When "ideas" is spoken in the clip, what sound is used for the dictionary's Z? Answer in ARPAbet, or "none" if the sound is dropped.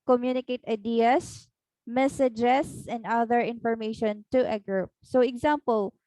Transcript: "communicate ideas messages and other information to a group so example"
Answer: S